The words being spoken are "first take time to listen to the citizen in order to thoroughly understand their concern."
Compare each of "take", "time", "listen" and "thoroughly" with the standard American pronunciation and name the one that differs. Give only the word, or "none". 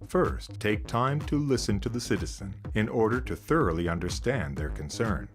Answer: none